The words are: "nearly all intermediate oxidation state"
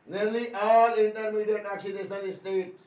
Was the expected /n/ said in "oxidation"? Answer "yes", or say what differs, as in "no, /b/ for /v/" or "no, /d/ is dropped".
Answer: no, /l/ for /n/